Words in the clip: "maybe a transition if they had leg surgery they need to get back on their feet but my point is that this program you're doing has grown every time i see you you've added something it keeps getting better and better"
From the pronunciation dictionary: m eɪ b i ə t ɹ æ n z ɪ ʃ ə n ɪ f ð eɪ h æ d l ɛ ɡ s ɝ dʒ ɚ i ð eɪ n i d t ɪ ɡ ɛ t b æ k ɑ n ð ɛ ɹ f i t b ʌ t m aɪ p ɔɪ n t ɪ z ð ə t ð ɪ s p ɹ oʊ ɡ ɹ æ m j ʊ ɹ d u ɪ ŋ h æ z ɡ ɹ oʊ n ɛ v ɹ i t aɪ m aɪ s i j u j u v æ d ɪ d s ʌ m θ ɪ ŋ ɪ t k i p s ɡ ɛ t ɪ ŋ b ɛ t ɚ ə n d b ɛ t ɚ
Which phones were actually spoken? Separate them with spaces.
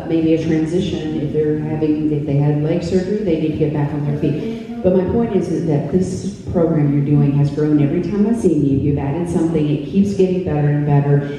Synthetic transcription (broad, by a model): m eɪ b i ə t ɹ æ n z ɪ ʃ ə n ɪ f ð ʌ h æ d l ɛ ɡ s ɝ dʒ ɚ i ð eɪ n i d t ɪ ɡ ɛ t b æ k n ð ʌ ɹ f i t b ʌ t m aɪ p ɔɪ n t ɪ z ð ə t ð ɪ s p ɹ oʊ ɡ ɹ æ m j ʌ ɹ d u ɪ ŋ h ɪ z ɡ ɹ oʊ n ɛ v ɹ i t aɪ m aɪ s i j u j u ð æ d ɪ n s ʌ m θ ɪ ŋ ɪ t k i p s ɡ ɛ t ɪ ŋ b ɛ t ɚ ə n b ɛ t ɚ